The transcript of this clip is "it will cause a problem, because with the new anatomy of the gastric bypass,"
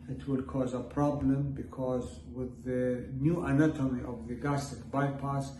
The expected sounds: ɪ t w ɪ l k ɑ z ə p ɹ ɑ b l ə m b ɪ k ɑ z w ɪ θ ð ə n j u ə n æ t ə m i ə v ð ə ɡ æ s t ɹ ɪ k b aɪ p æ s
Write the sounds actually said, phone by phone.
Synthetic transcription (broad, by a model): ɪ t w ɪ l k ɑ z ə p ɹ ɑ b l ə m b ɪ k ɑ z w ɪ ð ə n j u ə n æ t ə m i ə v ð ə ɡ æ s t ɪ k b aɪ p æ s